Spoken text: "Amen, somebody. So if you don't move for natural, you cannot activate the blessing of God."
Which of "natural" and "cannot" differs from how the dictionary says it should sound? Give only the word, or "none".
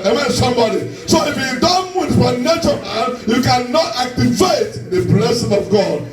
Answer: natural